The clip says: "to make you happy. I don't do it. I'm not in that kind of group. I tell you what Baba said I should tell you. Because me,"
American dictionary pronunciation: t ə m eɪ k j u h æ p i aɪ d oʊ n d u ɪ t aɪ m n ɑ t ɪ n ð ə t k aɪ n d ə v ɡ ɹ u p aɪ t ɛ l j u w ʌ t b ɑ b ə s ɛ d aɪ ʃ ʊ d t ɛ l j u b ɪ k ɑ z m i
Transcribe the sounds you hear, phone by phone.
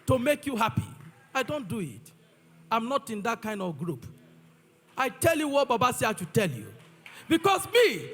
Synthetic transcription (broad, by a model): t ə m eɪ k j u h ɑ p i aɪ d oʊ n d u ɪ t aɪ m n ɑ t ɪ n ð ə t k aɪ n d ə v ɡ ɹ u p aɪ t ɛ l j u w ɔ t b ɑ b ə s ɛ aɪ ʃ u t ɛ l j u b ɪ k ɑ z m i